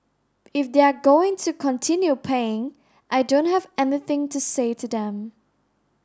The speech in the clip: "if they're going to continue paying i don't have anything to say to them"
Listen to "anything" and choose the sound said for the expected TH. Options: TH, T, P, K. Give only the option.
TH